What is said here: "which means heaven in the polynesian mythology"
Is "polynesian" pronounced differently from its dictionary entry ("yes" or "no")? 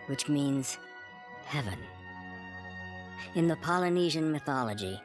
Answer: no